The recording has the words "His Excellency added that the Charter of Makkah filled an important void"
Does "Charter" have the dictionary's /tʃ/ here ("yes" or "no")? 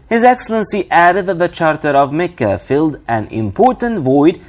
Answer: yes